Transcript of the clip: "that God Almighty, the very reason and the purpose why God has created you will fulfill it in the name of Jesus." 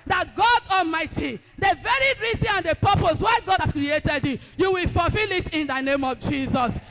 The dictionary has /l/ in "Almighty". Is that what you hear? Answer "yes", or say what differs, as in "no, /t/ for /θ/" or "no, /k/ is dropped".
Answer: yes